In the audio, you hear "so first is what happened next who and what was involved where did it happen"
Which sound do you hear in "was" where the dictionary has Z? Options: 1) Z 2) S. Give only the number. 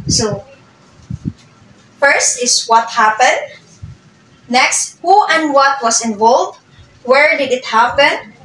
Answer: 2